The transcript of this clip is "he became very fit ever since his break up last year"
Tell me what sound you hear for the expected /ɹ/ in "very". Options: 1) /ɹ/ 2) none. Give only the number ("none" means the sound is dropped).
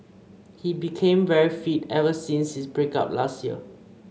1